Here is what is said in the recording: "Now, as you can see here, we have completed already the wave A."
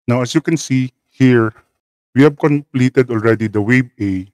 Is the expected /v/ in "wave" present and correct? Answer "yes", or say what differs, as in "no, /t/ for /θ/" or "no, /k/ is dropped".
no, /b/ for /v/